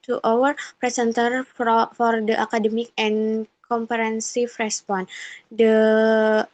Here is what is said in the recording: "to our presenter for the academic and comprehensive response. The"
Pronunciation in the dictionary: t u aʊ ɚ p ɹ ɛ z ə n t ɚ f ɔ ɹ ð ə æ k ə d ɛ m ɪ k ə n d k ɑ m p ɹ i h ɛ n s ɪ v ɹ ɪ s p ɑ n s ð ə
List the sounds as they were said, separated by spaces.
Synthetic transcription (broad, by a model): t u aʊ ɚ p ɹ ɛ s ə n t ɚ f ɔ ɹ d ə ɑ k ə d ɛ m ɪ k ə n k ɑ m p i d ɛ n s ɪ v ɹ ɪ s p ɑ n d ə